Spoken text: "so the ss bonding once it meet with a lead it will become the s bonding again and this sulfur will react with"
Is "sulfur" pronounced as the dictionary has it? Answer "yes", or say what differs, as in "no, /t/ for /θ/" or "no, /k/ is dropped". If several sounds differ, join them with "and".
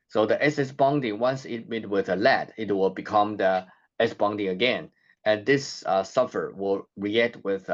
no, /l/ is dropped